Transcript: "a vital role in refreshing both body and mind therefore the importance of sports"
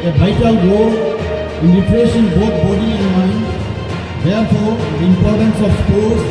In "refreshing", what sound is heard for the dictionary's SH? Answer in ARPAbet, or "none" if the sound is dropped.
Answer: S